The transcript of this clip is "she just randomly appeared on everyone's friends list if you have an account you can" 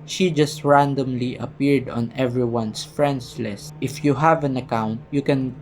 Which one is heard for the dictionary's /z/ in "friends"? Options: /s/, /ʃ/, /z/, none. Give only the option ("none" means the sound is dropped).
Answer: /s/